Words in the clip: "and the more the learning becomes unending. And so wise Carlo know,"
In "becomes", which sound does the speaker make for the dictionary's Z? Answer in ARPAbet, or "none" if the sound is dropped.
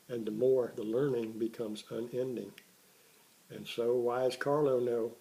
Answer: Z